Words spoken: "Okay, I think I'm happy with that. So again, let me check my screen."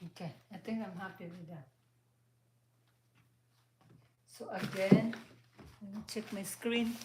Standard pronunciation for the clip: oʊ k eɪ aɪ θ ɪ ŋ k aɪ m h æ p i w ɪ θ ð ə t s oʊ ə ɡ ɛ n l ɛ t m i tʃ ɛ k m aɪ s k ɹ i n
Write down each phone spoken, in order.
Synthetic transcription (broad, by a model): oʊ k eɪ aɪ t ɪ ŋ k aɪ m h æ p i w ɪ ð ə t s oʊ ə ɡ ɛ n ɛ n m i tʃ ɛ k m aɪ s k ɹ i n